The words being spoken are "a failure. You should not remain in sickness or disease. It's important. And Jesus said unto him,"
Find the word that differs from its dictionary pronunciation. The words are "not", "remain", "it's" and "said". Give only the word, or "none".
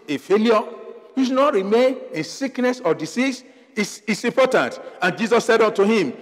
it's